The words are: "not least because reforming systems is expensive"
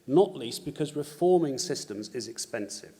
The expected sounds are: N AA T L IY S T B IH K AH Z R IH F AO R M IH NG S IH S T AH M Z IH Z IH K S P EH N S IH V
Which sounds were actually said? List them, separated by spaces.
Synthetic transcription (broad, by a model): N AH T L IY S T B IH K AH Z R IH F AO M IH NG S IH S T AH M Z IH Z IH K S P EH N S IH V